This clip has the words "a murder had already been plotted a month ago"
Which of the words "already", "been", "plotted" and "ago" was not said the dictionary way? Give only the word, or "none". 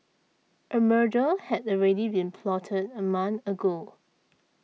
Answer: none